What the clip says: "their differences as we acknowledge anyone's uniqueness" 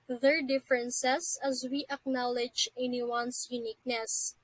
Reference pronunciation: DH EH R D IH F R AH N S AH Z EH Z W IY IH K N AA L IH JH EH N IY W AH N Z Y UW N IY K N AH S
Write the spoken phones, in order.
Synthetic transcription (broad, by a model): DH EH R D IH F R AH N S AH S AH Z W IY IH K N AA L IH JH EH N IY W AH N S Y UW N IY K N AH S